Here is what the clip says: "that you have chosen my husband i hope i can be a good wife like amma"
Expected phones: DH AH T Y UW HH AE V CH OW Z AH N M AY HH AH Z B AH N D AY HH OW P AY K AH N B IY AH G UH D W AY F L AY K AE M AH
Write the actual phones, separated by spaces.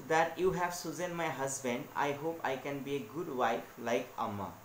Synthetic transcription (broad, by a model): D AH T Y UW HH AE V S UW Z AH N M AY HH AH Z B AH N D AY HH OW P AY K AH N B IY AH G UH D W AY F L AY K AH M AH